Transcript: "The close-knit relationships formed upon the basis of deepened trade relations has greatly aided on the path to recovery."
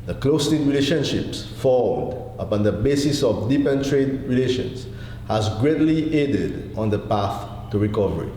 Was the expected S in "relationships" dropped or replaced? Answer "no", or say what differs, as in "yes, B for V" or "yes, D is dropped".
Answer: no